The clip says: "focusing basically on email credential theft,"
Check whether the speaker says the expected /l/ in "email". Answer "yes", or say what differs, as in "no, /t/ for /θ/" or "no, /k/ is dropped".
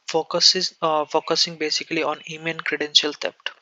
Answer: no, /n/ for /l/